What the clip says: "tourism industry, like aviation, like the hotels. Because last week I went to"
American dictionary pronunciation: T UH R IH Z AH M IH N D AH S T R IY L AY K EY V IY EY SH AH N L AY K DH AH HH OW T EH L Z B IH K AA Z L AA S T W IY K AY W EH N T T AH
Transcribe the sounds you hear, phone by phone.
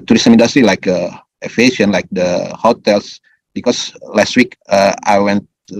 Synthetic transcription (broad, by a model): T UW R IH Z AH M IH N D S T R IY L AY K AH IY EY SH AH N L AY K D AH HH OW T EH L S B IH K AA S L AA S T W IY K AY W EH N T T